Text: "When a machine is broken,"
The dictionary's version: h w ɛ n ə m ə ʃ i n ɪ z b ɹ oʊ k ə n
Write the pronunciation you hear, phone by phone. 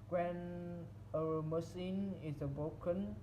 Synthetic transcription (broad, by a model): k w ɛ n ə m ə s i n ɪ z b ɹ oʊ k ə n